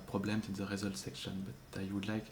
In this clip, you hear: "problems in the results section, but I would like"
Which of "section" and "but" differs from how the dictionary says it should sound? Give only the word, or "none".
none